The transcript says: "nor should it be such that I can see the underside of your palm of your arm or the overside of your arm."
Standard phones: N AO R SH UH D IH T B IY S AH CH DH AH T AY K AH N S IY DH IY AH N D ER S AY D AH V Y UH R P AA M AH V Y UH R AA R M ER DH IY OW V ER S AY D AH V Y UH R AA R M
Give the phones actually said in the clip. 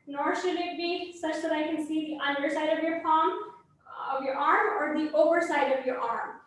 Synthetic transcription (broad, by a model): N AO R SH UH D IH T B IY S AH CH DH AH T AY K AH N S IY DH IY AH N D ER S AY D AH V Y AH R F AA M AH V Y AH R AA R M ER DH IY OW V ER S AY D AH V Y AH R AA R M